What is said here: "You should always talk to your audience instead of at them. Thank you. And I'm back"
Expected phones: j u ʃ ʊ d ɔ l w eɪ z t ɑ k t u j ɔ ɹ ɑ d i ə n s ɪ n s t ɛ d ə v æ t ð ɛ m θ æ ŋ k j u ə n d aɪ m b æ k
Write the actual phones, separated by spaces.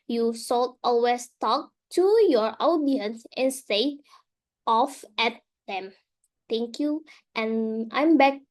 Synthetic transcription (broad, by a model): j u s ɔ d ɔ l w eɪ s t ɑ k t u j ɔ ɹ ɑ d i ə n s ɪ n s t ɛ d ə f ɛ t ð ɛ m t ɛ ŋ k j u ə n aɪ m b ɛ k